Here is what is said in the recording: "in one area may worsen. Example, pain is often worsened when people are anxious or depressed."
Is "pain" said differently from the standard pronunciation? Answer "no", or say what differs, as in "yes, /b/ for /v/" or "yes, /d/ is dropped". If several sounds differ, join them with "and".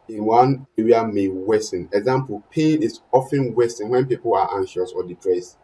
yes, /n/ is dropped